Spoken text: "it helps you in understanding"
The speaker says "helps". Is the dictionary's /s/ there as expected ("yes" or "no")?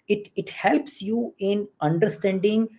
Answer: yes